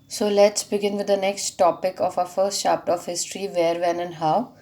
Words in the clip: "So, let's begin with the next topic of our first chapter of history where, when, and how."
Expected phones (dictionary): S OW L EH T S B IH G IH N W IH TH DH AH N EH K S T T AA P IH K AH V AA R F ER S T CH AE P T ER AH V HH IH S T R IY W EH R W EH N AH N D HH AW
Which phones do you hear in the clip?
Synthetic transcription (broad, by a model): S OW L EH T S B IH G IH N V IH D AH N EH K S T T AA P IH K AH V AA F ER S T SH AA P T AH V HH IH S T R IY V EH R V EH N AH N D HH AW